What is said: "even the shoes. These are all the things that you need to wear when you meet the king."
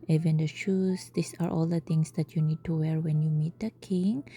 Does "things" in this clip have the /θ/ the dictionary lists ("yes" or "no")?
no